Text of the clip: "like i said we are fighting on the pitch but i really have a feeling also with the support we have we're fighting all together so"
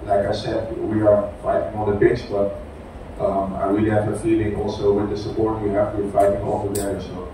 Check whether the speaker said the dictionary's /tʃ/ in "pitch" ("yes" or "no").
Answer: no